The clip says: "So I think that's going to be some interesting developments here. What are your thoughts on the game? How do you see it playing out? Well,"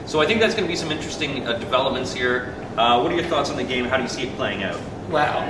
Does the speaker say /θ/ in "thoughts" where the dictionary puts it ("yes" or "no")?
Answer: yes